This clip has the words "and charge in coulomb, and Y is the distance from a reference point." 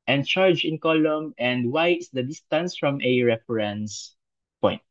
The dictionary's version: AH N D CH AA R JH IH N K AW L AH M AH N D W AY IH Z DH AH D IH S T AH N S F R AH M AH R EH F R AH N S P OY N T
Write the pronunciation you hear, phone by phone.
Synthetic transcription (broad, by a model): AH N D CH AA R JH IH N K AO L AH M AH N D W AY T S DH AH D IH S T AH N S F R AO M AH R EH F R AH N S P OY N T